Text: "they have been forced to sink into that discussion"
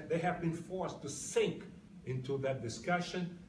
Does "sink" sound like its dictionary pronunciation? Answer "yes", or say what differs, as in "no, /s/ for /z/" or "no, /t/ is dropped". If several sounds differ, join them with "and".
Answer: yes